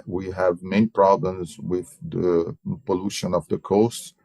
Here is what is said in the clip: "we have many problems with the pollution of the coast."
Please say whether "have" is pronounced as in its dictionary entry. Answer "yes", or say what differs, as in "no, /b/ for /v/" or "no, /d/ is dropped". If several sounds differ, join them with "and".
yes